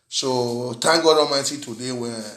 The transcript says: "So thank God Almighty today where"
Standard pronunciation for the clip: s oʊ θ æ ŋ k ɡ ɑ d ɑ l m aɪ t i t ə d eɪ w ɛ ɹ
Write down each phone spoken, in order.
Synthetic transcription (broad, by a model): s oʊ t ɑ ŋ ɡ ɑ d ɑ l m aɪ t i t ə d eɪ w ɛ